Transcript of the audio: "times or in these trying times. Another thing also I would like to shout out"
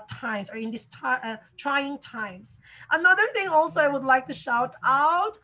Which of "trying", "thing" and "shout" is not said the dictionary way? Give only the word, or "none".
none